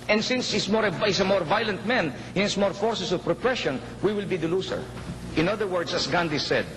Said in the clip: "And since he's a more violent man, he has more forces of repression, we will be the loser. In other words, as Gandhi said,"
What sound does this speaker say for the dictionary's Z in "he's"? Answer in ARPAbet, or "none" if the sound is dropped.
S